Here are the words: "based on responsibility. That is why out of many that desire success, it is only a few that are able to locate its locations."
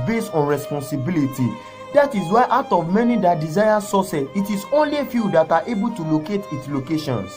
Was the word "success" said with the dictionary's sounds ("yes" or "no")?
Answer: no